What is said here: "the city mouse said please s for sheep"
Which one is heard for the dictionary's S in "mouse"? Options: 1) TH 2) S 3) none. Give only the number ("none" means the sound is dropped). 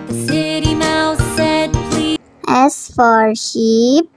1